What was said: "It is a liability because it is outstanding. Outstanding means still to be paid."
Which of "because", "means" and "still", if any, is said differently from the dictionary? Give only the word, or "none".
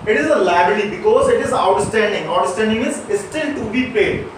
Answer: means